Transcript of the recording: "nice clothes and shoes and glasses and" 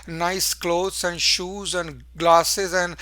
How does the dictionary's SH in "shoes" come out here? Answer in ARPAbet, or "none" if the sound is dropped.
SH